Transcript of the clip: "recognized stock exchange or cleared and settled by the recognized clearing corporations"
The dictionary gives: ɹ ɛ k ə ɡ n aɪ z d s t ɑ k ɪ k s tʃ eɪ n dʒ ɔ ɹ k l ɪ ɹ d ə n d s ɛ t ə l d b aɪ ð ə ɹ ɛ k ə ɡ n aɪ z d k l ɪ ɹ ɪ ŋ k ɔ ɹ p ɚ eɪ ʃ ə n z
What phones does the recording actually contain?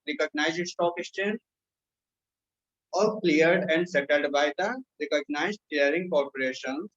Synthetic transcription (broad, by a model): ɹ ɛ k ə ɡ n aɪ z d s t ɑ k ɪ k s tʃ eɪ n ɔ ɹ k l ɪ ɹ d ə n d s ɛ t ə l d b aɪ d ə ɹ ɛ k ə ɡ n aɪ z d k l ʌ ɹ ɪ ŋ k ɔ ɹ p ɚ eɪ ʃ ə n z